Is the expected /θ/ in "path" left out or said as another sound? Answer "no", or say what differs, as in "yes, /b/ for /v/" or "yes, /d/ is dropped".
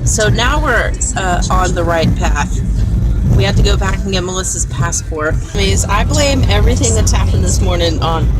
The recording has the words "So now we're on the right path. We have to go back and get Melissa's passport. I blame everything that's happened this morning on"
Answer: no